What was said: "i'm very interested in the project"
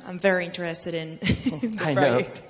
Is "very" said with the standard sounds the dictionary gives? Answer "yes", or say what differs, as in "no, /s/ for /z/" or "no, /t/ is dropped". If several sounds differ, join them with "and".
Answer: yes